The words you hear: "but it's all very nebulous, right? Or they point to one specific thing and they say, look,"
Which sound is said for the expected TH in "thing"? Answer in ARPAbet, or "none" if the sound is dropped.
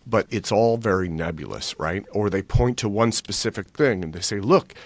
TH